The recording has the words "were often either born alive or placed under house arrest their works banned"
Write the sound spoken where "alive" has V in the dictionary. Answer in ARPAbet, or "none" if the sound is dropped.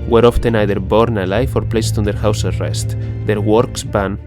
F